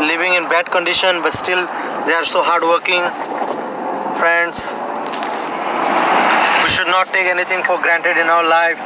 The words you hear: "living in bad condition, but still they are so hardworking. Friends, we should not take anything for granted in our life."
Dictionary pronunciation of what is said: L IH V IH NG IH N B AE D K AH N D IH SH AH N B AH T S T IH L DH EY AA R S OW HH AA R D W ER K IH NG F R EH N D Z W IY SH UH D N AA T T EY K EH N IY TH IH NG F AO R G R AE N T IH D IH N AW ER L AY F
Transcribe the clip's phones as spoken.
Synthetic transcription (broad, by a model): L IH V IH NG IH N B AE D K AH N D IH SH AH N B AH T S T IH L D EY AA R S OW HH AA R D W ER K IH NG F R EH N D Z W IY SH UH D N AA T T EY K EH N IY T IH NG F AO R G R AE N T IH D IH N AW ER L AY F